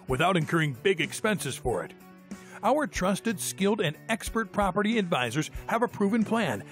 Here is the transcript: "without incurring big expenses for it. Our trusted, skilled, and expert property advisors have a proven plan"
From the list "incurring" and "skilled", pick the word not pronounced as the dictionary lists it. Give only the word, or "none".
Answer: none